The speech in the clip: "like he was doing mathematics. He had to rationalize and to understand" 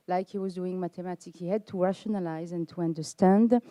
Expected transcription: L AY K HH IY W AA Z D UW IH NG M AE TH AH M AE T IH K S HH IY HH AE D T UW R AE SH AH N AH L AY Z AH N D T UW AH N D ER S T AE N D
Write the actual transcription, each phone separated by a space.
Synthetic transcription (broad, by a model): L AY K HH IY W AA Z D UW IH NG M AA T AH M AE T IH K HH IY HH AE D T UW R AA SH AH N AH L AY Z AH N T UW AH N D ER S T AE N D